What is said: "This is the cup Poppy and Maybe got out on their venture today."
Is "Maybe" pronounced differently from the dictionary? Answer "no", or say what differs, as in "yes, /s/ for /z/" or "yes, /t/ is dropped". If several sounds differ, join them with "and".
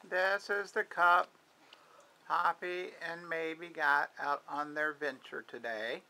no